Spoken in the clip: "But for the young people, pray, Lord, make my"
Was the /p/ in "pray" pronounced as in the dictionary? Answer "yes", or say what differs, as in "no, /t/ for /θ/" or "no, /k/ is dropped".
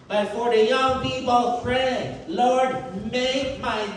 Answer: no, /f/ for /p/